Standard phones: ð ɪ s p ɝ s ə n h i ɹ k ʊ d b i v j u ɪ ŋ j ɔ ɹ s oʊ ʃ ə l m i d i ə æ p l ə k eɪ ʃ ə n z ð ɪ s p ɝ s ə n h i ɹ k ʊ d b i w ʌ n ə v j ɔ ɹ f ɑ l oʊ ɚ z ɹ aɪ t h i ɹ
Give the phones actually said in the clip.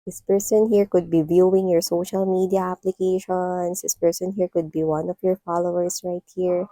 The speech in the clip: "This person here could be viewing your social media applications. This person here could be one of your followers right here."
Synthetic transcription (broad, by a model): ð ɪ s p ɝ s ə n h i ɹ k ʊ d b i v j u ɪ ŋ j ɔ ɹ s oʊ ʃ ə l m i d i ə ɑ p l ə k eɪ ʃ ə n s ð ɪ s p ɝ s ə n h i ɹ k ʊ d b i w ʌ n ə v j ɔ ɹ f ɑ l oʊ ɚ s ɹ aɪ t h i ɹ